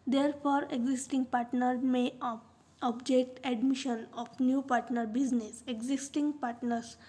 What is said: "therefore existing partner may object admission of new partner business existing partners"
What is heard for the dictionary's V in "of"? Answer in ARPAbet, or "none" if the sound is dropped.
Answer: P